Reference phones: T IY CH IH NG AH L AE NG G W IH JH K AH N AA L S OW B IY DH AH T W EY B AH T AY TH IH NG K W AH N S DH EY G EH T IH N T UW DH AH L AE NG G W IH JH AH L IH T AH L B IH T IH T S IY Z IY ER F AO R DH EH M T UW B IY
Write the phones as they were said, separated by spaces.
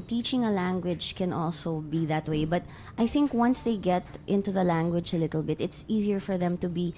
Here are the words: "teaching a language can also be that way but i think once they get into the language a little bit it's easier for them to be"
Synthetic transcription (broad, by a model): T IY CH IH NG AH L AE NG G W IH JH K AH N AA L S OW B IY DH AH T W EY B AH T AY TH IH NG K W AH N S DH EY G EH T IH N T UW DH AH L AE NG G W IH JH AH L IH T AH L B IH T IH T S IY Z IY ER F AO R DH EH M T UW B IY